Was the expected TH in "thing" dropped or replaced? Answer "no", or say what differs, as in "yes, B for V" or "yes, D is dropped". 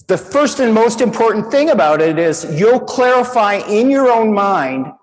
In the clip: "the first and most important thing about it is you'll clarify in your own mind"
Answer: no